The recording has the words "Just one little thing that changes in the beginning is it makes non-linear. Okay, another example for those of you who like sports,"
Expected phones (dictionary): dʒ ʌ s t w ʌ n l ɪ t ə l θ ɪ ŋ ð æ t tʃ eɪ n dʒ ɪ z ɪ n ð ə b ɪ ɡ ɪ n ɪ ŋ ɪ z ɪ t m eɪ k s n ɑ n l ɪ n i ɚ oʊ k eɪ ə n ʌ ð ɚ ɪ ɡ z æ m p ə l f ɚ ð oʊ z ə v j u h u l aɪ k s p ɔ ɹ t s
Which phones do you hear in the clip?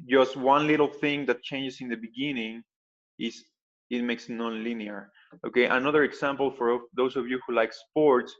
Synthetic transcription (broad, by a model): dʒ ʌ s t w ʌ n l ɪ t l θ ɪ ŋ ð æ t tʃ eɪ n dʒ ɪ s ɪ n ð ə b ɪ ɡ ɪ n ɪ ŋ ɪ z ɪ t m eɪ k s n ɑ n l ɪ n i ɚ oʊ k eɪ ə n ʌ ð ɚ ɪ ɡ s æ m p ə l f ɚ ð oʊ s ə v j u h u l aɪ k s p ɔ ɹ t s